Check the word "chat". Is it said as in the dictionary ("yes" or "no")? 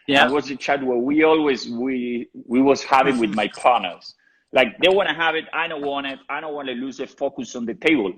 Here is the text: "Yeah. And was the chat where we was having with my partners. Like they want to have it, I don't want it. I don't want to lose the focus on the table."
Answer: yes